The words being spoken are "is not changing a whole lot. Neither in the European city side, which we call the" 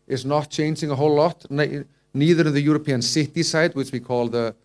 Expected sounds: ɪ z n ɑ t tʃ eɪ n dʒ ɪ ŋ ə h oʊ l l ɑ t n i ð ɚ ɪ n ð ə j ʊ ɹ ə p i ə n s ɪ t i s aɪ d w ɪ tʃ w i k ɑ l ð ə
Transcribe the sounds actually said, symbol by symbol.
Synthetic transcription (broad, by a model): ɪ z n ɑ t tʃ eɪ n dʒ ɪ ŋ ə h oʊ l l ɑ t n i ð ɚ ɪ n ð ə j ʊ ɹ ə p i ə n s ɪ t i s aɪ d w ɪ tʃ w i k ɑ l ð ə